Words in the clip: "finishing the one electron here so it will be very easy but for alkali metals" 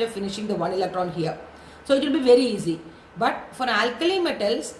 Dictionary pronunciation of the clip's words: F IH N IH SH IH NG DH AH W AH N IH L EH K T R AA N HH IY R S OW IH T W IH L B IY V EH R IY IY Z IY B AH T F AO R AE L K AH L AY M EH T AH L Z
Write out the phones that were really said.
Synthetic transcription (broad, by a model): F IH N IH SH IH NG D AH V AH N IH L EH K T R AA N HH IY R S OW IH T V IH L B IY V EH R IY IY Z IY B AH T F AO R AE L K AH L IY M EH T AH L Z